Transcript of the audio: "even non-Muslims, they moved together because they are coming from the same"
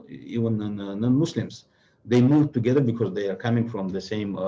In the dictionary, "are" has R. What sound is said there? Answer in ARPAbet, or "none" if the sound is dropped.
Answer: R